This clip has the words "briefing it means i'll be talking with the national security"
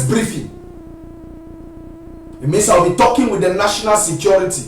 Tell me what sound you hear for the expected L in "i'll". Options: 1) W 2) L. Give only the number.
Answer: 1